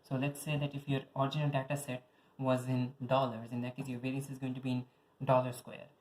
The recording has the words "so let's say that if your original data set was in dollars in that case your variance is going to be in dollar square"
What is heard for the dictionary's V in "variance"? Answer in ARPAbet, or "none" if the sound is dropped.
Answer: P